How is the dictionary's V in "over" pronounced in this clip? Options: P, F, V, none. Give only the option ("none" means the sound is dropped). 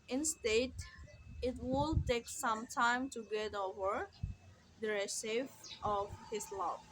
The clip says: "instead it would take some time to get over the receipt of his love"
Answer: V